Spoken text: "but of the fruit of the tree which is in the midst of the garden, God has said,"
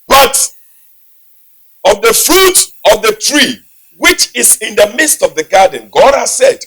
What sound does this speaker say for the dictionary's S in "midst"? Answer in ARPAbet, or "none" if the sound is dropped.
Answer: S